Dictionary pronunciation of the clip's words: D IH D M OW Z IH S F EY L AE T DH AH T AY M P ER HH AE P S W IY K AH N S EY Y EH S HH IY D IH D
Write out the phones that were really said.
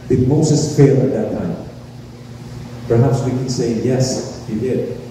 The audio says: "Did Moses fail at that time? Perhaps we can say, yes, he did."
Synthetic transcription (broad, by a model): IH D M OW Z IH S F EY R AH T DH AH T AY M P ER HH AE P S W IY K AH N S EY Y EH S HH IY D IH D